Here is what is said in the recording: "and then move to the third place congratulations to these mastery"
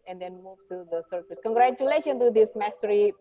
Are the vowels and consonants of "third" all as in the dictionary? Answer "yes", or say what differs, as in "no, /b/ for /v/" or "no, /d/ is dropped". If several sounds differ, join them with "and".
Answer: no, /s/ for /θ/